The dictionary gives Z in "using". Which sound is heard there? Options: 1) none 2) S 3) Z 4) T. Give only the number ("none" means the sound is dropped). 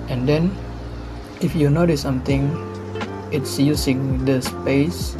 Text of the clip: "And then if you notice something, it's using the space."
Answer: 2